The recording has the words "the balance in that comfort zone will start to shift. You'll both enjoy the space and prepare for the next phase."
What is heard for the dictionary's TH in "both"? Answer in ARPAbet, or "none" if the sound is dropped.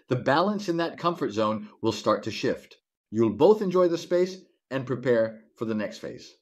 TH